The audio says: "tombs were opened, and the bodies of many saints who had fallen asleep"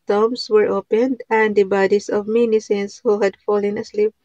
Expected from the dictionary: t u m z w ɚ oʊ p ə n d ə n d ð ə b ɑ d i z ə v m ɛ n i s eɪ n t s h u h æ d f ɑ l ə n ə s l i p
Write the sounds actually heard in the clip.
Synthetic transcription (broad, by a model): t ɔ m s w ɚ oʊ p ə n d ə n d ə b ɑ d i s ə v m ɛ n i s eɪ n s h u h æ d f ɑ l ə n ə s l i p